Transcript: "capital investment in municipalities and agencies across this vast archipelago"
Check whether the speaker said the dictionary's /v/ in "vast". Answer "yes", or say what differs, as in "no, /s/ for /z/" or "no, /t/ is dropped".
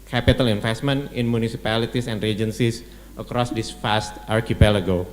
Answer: no, /f/ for /v/